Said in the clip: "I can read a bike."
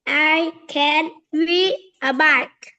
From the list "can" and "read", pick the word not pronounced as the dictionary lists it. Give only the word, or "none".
read